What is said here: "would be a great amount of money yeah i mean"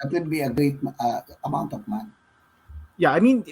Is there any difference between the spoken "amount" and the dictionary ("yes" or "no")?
no